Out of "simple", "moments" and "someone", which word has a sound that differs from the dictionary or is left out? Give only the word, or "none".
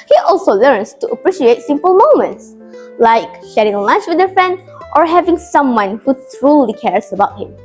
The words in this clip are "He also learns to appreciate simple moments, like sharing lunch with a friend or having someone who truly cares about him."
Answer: none